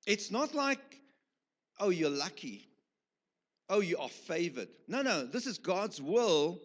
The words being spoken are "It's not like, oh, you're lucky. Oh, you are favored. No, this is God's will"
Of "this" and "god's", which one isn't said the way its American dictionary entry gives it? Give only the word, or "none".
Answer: none